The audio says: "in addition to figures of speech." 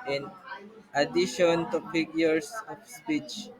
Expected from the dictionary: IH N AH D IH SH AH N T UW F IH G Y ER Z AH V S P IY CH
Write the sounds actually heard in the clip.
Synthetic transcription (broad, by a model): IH N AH D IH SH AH N T UW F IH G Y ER S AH F S P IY CH